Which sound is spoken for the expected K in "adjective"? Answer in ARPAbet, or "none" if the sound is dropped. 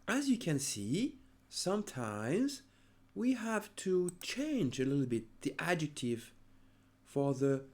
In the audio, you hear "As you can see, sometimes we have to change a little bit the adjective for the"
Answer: K